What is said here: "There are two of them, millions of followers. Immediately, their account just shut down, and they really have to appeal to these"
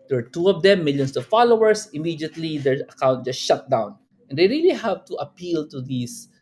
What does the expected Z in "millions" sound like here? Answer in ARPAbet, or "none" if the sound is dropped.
S